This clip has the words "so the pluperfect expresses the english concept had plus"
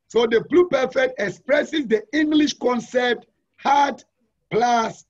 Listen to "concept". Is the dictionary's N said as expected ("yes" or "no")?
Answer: yes